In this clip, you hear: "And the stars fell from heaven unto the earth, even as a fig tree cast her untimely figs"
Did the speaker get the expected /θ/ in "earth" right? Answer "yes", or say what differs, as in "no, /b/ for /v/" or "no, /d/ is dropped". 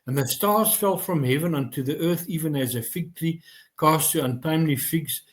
yes